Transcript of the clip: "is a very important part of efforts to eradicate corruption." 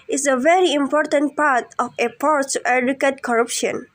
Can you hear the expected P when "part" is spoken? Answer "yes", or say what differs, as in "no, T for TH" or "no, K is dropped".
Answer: yes